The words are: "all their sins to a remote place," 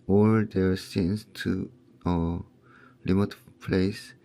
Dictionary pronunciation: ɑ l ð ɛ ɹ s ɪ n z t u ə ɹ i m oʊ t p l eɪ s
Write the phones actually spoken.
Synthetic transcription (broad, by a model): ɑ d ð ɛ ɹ s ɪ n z t u ə l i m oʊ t p l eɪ s